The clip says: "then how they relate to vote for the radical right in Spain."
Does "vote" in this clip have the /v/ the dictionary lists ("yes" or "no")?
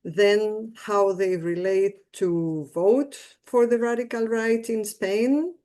yes